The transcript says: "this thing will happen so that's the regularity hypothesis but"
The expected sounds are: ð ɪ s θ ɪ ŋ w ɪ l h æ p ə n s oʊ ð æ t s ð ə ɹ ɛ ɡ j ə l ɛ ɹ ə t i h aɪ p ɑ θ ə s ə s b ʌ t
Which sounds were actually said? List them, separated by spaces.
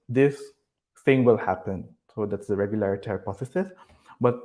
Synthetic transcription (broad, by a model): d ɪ s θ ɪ ŋ w ɪ l h æ p ə n s oʊ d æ t s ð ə ɹ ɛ ɡ j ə l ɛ ɹ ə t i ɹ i p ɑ s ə s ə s b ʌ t